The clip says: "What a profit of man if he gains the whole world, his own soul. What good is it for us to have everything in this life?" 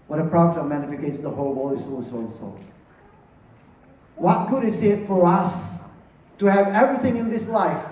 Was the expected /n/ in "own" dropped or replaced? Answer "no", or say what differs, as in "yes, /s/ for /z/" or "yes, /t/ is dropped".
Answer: yes, /l/ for /n/